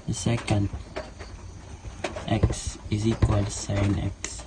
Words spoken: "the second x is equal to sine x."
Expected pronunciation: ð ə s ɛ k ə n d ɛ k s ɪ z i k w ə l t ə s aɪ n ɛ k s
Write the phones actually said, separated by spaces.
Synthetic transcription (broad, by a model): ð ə s ɛ k ə n d ɛ k s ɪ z i k w ə l s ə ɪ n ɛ k s